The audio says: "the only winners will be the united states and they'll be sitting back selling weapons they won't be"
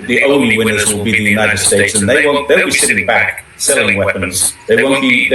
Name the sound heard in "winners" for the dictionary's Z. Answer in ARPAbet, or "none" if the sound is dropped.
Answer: Z